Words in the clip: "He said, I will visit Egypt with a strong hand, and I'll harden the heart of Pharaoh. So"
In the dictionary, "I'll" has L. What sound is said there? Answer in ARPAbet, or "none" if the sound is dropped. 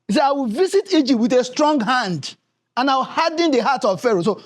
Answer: W